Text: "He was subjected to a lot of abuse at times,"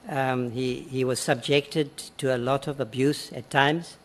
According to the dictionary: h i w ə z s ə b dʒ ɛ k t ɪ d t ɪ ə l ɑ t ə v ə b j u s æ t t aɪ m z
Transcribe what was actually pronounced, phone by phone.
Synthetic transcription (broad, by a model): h i w ə z s ə b dʒ ɛ k t ɪ d t ɪ ə l ɑ t ə v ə b j u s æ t t aɪ m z